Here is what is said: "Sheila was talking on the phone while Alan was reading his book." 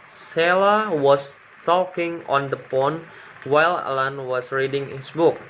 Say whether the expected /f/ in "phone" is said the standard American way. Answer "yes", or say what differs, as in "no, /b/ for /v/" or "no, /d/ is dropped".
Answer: no, /p/ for /f/